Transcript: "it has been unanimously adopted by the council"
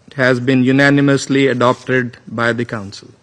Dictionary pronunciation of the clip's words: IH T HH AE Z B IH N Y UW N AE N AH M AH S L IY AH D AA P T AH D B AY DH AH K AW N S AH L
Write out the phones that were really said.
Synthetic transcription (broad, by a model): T HH AE Z B IH N Y UW N AE N AH M AH S L IY AH D AA P T AH D B AY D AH K AW N S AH L